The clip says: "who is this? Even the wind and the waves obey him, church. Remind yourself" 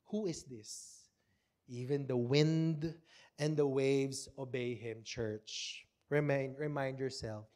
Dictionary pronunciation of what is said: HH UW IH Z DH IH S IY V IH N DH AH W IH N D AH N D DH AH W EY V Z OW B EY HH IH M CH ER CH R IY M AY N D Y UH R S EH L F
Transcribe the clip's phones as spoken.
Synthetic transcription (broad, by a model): HH UW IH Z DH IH S IY V IH N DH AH W IH N D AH N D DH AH W EY V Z OW B EY HH IH M CH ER CH R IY M AY N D Y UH R S EH L F